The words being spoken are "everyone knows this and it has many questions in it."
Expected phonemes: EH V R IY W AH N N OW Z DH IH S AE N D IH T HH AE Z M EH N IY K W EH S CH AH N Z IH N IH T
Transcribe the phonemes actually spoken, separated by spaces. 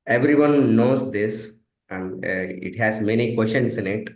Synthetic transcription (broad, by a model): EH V R IY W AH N N OW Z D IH S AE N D IH T HH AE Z M EH N IY K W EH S SH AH N S IH N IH T